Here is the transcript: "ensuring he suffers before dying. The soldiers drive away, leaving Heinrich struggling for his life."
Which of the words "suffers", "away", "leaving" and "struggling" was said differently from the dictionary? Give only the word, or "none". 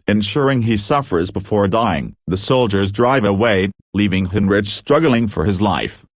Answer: none